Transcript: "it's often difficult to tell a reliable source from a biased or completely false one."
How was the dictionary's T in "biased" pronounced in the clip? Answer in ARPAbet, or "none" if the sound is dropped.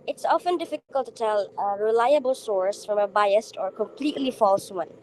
T